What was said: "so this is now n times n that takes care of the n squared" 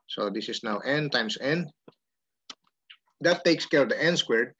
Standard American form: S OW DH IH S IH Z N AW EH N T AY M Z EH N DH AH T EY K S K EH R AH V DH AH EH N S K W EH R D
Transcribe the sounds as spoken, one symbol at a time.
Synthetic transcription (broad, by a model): S OW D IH S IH S N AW EH N T AY M S EH N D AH T EY K S K EH R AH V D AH EH N S K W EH R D